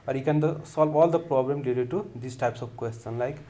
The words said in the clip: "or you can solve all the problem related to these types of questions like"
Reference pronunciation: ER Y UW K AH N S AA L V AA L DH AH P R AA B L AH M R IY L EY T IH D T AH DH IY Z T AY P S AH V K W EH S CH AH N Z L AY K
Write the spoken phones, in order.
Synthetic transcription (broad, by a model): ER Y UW K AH N S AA L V AA L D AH P R AA B L AH M L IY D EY T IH D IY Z T AY P S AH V K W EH S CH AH N L AY K